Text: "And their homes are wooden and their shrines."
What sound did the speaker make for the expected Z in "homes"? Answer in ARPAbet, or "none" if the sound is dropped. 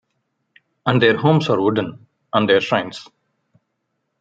S